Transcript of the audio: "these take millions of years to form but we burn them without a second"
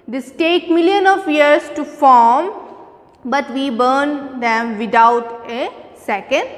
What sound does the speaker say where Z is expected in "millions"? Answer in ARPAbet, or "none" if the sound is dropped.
none